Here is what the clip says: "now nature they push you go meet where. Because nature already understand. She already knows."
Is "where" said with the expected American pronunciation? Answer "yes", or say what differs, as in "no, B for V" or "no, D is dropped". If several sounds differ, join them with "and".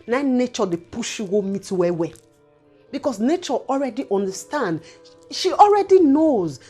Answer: no, W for R